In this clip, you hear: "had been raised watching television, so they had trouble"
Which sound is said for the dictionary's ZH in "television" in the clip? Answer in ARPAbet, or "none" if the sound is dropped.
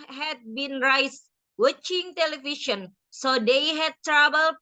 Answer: SH